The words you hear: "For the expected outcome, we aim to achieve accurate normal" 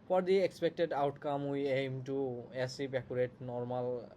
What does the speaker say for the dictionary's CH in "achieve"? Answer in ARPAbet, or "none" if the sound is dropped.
S